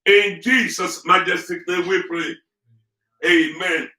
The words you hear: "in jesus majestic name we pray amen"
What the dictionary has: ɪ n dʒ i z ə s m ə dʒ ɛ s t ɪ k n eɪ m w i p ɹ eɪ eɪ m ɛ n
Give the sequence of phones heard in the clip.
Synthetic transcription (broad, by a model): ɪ n dʒ i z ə s m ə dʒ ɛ s t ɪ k l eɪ w i p ɹ eɪ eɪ m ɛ n